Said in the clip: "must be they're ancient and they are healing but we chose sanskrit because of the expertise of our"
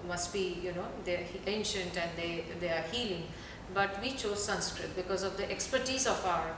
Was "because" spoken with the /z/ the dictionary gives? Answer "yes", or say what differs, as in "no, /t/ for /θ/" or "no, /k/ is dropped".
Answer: yes